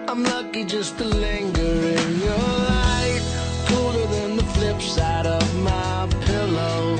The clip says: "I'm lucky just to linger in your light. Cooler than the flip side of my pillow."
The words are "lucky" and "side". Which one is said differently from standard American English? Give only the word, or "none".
none